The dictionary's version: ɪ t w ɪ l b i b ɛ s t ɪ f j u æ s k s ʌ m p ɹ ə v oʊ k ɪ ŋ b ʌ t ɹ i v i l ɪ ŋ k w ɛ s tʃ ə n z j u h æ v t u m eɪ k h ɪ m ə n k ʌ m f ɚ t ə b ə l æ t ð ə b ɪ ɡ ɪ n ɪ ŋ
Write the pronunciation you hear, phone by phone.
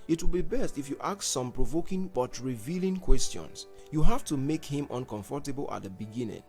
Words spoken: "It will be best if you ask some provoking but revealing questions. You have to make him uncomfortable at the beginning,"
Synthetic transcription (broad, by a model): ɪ t w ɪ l b i b ɛ s t ɪ f j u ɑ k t s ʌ m p ɹ ə v oʊ k ɪ ŋ b ʌ t ɹ i v i l ɪ ŋ k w ɛ s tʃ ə n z j u h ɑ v t u m eɪ k h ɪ m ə n k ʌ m f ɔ t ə b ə l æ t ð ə b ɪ ɡ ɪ n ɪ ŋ